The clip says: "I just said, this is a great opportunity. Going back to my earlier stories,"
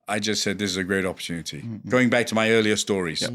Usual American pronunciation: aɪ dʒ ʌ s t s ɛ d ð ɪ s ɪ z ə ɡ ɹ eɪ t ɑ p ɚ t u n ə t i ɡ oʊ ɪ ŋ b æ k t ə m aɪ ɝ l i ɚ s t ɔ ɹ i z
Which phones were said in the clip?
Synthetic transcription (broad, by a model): aɪ dʒ ʌ s t s ɛ d ð ɪ s ɪ z ə ɡ ɹ eɪ t ɑ p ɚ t u n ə t i ɡ oʊ ɪ ŋ b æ k t ə m aɪ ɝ l i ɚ s t ɔ ɹ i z